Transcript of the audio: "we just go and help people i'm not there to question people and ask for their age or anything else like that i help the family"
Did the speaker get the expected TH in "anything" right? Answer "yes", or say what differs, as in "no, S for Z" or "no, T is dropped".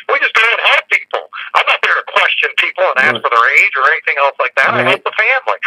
yes